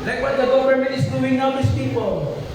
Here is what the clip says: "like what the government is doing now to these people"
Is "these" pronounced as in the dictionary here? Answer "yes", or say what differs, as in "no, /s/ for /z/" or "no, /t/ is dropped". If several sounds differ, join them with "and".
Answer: no, /s/ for /z/